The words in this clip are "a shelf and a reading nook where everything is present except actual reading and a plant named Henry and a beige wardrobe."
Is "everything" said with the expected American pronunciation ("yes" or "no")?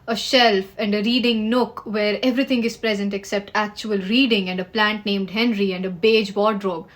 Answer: no